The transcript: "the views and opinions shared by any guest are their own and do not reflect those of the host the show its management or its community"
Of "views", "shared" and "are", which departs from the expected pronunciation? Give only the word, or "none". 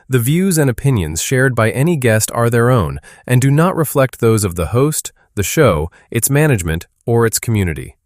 none